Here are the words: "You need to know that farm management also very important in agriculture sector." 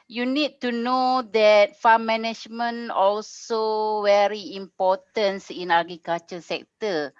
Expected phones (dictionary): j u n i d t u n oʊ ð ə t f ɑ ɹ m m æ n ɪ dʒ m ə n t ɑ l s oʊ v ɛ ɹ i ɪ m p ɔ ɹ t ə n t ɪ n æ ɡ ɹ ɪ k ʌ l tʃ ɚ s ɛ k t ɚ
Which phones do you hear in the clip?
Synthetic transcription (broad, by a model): j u n i d t u n oʊ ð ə t f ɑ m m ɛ n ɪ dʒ m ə n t ɑ l s oʊ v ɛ ɹ i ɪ m p ɔ t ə n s ɪ n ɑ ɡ ɪ k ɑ tʃ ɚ s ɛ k t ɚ